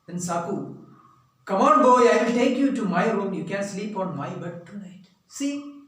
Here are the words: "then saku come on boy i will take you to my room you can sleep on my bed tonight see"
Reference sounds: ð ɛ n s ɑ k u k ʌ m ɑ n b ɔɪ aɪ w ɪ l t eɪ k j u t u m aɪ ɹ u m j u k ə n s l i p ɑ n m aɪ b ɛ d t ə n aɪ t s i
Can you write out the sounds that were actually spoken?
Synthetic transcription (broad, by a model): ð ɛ n s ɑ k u k ʌ m ɑ n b ɔɪ aɪ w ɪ l t eɪ k j u t u m aɪ ɹ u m j u k ə n s l i p ɑ n m aɪ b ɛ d t ə n aɪ t s i